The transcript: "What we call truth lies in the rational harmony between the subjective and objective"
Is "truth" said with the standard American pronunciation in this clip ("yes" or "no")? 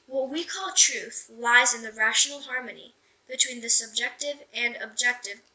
yes